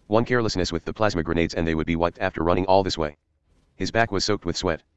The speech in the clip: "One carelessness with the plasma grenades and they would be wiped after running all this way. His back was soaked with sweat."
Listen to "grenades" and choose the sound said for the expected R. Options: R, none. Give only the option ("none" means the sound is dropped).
R